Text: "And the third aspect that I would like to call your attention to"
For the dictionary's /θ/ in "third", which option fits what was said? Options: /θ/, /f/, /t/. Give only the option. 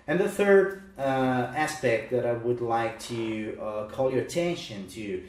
/θ/